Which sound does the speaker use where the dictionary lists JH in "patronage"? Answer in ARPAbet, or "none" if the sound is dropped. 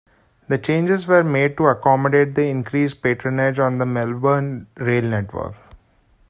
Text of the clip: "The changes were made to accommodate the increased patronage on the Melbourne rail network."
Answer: JH